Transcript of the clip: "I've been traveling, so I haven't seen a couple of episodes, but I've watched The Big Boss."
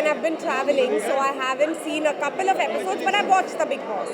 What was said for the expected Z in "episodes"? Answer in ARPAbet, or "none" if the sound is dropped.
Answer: Z